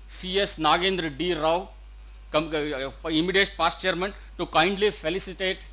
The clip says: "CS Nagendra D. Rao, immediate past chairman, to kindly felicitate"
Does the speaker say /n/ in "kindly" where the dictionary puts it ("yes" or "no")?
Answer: yes